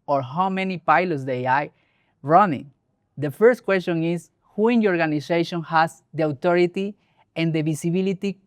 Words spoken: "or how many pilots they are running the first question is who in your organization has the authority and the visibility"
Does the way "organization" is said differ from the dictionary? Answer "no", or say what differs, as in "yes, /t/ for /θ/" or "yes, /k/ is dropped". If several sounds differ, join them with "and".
yes, /s/ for /z/